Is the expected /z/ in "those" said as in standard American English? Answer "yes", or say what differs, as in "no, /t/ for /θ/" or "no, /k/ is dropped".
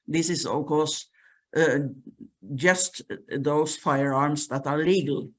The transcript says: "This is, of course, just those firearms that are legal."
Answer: no, /s/ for /z/